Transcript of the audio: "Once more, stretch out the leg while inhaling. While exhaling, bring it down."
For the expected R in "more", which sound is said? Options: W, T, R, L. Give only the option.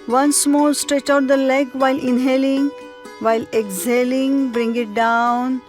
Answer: L